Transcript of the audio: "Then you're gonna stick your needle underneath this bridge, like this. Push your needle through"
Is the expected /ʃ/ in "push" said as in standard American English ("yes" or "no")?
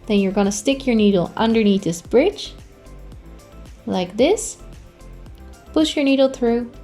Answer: yes